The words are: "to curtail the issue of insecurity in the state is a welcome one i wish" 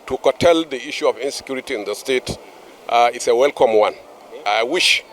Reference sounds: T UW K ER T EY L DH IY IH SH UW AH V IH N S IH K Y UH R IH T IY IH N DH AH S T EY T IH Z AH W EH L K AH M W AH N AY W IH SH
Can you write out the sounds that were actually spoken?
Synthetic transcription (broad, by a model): T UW K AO T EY L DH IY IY SH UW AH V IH N S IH K Y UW R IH T IY IH N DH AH S T EY T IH S AH W EH L K AH M W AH N AY W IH SH